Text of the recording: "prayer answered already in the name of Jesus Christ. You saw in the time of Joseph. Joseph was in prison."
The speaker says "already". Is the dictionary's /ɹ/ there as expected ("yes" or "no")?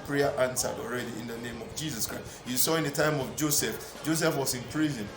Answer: yes